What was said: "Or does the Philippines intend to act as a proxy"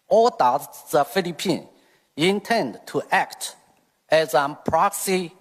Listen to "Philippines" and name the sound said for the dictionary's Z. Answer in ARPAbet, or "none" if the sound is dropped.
none